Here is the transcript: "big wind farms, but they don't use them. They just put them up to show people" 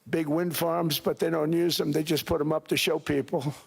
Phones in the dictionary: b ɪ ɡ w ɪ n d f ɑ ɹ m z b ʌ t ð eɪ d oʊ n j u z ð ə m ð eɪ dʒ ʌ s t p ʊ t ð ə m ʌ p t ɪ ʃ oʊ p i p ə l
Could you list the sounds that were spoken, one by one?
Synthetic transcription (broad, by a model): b ɪ ɡ w ɪ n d f ɑ ɹ m z b ʌ t ð eɪ d oʊ n j u z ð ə m ð eɪ dʒ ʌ s p ʊ t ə m ʌ p t ɪ ʃ oʊ p i p l